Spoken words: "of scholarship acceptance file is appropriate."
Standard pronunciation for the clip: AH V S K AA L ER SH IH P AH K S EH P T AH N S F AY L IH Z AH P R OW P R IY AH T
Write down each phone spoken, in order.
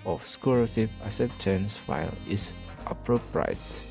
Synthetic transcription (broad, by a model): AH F S K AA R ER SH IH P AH S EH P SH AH N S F AY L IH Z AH P R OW P R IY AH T